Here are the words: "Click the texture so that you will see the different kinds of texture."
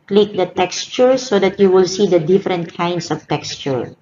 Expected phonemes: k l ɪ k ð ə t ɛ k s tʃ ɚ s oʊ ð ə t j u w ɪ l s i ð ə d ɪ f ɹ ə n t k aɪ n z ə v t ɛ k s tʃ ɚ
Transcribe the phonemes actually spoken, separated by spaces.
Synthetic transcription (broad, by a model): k l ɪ k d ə t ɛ k s tʃ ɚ s oʊ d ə t j u w ɪ l s i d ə d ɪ f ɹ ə n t k aɪ n s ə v t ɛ k s tʃ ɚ